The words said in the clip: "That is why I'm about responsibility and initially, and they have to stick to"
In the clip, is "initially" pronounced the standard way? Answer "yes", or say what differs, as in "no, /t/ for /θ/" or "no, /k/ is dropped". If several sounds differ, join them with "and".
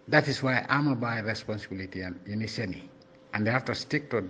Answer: no, /s/ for /ʃ/ and /n/ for /l/